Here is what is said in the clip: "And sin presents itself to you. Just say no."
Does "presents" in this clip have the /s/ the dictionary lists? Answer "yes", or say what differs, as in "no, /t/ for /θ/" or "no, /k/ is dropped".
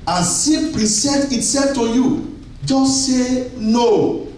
no, /s/ is dropped